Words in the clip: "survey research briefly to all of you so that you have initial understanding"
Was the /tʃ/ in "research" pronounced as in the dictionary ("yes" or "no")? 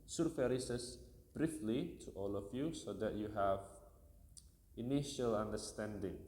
no